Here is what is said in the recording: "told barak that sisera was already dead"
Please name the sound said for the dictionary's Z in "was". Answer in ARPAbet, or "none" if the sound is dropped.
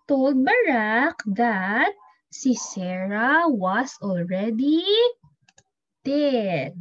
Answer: S